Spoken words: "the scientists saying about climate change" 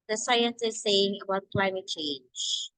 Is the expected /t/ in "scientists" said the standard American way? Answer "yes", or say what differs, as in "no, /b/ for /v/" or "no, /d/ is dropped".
no, /s/ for /t/